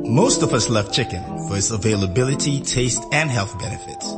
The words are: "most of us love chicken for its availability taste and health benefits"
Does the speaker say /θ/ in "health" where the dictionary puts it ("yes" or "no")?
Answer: yes